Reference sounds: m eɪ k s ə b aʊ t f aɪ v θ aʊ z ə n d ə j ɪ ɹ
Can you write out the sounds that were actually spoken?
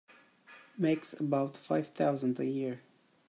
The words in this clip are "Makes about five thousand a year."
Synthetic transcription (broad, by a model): m eɪ k s ə b aʊ t f aɪ v θ aʊ z ə n d ə j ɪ ɹ